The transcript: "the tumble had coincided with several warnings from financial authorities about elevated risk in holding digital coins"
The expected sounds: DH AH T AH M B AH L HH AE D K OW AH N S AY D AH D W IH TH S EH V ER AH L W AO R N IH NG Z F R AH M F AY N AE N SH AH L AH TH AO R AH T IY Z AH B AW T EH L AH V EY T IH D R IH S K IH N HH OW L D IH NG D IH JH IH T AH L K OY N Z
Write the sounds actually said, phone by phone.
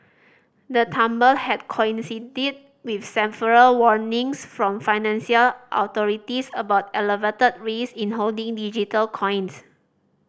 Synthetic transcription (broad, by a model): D AH T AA M B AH L HH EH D K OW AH N S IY D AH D W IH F S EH P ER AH L W AO R N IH NG S F R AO M F AY N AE N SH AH L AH T AO R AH T IY S AH B AW T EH L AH V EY T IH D R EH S IH N HH OW L D IH NG D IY JH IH T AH L K OY N S